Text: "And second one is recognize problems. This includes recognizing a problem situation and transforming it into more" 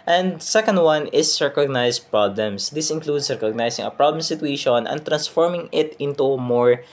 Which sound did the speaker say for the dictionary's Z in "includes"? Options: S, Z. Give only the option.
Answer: S